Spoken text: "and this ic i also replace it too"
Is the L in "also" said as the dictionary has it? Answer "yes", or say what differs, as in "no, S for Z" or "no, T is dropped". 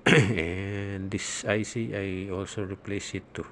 yes